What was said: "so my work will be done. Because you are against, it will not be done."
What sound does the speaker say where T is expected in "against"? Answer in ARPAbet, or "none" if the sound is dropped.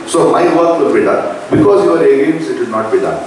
none